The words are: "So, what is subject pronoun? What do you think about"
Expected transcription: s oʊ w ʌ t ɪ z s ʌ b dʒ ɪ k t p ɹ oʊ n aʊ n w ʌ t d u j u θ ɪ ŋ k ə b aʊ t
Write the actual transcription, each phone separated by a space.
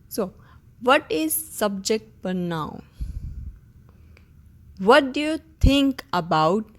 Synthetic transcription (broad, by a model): s oʊ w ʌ t ɪ z s ʌ b dʒ ɪ k t f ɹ n aʊ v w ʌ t d u j u t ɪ ŋ k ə b aʊ t